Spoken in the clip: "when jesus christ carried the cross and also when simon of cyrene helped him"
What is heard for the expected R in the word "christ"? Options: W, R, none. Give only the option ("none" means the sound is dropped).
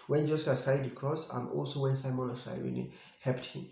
none